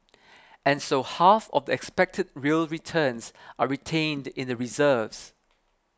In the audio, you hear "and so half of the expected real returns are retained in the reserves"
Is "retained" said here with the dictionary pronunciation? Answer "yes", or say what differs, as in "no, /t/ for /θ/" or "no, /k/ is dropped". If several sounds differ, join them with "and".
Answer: yes